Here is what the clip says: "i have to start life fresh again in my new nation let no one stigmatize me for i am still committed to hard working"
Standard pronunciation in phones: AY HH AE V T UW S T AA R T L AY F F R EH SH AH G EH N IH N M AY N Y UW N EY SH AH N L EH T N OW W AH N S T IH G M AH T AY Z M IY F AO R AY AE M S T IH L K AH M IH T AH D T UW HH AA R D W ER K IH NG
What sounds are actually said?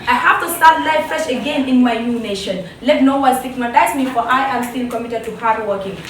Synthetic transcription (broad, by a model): AY HH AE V T UW S T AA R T L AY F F EH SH AH G EH N IH N M AY N Y UW N EY SH AH N L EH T N OW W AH L S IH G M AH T AY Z M IY F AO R AY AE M S T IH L K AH M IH T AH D T UW HH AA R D W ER K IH NG